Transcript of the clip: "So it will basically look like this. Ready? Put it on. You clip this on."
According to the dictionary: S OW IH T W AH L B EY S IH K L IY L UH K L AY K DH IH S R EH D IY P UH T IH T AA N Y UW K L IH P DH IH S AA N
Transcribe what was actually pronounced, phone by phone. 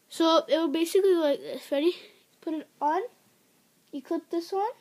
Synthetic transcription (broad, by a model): S OW IH T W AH B EY S IH K L IY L L AY K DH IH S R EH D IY P UH T IH T AA N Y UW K UH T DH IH S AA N